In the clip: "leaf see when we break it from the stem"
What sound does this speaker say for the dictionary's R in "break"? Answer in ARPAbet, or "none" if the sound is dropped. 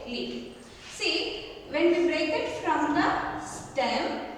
R